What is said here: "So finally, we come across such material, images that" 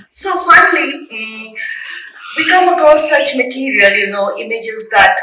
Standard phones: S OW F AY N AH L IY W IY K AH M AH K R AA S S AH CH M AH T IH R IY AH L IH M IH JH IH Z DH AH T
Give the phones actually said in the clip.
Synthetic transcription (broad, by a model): S OW F AY N AH L IY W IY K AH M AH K AA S S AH CH M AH T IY R IY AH L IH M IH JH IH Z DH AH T